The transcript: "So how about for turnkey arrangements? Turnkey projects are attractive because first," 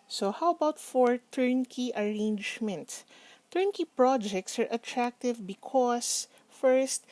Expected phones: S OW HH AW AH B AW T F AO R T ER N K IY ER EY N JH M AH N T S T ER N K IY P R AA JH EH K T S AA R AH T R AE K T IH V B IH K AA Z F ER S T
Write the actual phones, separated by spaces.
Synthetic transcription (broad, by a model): S OW HH AW AH B AW T F AO R T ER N K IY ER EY N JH M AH N T T ER N K IY P R AA JH EH K T S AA R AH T R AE K T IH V B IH K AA S F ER S T